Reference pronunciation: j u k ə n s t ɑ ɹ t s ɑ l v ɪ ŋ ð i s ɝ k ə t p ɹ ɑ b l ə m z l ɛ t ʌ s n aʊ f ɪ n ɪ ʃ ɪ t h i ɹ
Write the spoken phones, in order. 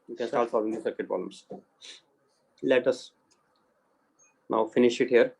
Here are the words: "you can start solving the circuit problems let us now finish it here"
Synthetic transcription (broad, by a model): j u k ə n s t ɑ ɹ t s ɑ v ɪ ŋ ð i s ɝ k ə t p ɑ l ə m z l ɛ t ʌ s n aʊ f ɪ n ɪ ʃ ɪ t h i ɹ